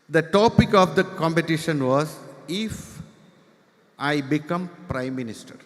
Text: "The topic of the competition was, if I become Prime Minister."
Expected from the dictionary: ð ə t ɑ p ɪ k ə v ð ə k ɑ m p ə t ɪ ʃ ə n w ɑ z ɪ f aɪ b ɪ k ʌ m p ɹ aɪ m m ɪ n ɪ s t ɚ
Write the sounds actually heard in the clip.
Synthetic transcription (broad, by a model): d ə t ɑ p ɪ k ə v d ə k ɑ m p ə t ɪ ʃ ə n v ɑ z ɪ f aɪ b ɪ k ʌ m p ɹ aɪ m m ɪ n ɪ s t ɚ